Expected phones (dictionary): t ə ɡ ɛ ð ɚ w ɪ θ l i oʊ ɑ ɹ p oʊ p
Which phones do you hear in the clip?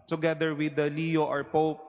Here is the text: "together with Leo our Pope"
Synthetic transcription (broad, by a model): t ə ɡ ɛ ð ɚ w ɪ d l i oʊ ɑ ɹ p oʊ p